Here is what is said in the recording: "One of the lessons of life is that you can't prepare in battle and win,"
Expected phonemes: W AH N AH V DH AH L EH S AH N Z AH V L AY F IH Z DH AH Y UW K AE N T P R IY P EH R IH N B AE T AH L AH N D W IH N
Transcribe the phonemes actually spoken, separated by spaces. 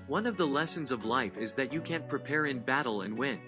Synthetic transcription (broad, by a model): W AH N AH V DH AH L EH S AH N Z AH V L AY F IH Z DH AH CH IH K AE N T P R IY P EH R IH N B AE T L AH N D W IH N